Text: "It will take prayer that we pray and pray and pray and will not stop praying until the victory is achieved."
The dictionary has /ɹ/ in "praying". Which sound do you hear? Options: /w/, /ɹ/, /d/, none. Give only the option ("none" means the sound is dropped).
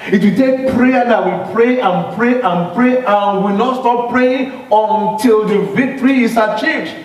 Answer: /ɹ/